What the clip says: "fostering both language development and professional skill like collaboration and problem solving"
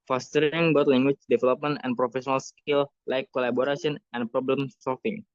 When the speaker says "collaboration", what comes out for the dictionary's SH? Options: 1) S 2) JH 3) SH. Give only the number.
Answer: 1